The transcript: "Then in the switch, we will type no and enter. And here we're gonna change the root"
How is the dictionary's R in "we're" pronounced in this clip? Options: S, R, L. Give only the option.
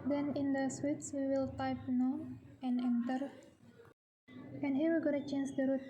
L